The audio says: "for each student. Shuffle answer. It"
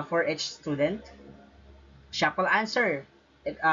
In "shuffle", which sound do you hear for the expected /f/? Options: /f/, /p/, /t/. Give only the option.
/p/